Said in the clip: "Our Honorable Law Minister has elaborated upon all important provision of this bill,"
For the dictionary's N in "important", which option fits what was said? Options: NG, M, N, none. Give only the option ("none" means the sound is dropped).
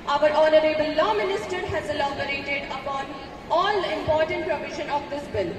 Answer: N